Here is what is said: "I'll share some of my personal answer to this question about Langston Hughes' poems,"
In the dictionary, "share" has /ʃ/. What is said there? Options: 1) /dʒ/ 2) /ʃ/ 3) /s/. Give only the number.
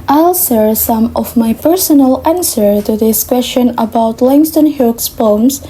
3